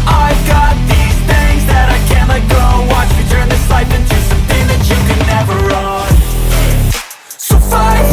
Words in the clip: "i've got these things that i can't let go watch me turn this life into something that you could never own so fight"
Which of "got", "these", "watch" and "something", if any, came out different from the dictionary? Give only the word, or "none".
none